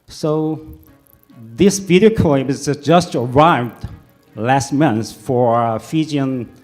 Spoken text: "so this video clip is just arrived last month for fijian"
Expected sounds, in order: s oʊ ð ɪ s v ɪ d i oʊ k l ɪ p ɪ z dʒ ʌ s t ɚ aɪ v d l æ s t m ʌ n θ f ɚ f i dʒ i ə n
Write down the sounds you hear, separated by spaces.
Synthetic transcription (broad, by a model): s oʊ ð ɪ s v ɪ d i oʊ k ɔ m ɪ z dʒ ʌ s t ɚ aɪ v d l æ s t m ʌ n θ f ɚ f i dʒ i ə n